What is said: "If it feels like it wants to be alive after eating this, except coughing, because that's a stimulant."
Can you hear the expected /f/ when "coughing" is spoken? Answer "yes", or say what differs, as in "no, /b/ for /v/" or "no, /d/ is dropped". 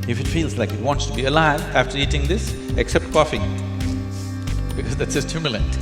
yes